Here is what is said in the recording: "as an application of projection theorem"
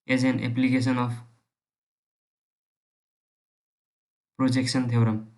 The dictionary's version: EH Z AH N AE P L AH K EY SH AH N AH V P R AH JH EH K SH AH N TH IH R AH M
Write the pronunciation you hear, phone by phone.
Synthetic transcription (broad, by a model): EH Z AH N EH P L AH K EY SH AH N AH P P R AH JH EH K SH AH N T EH R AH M